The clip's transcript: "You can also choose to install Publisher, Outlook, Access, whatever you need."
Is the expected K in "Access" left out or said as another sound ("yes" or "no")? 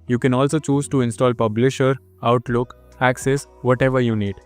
no